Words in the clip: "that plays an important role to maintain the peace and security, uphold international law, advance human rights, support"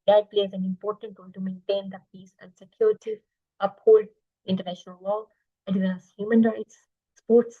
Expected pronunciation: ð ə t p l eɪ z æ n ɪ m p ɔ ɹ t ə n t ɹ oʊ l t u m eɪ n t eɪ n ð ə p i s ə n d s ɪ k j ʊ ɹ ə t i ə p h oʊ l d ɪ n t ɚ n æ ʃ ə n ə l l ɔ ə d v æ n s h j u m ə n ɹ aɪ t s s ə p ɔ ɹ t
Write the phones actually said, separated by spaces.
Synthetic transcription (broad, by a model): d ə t p l eɪ z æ n ɪ m p ɔ ɹ t ə n t ɹ oʊ l t u m eɪ n t eɪ n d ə p i s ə n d s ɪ k j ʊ ɹ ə t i ə p h oʊ l d ɪ n t ɚ n æ ʃ ə n ə l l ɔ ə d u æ s h j u m ə n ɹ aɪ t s s p ɔ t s